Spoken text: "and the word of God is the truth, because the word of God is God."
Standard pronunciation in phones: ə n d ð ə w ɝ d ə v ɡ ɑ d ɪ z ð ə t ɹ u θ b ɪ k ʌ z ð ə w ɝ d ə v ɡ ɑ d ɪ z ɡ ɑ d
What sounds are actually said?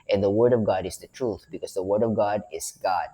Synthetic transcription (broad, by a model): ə n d ð ə w ɝ d ə v ɡ ɑ d ɪ z ð ə t ɹ u θ b ɪ k ʌ z ð ə w ɝ d ə v ɡ ɑ d ɪ z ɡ ɑ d